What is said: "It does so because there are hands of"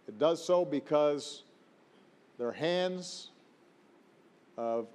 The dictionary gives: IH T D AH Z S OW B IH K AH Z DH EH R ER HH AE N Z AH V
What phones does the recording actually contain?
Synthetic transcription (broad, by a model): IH T D AH Z S OW B IH K AH Z DH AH R HH AE N Z AH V